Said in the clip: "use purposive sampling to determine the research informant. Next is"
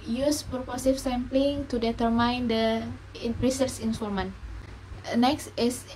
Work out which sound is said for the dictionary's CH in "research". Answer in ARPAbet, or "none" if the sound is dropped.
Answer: S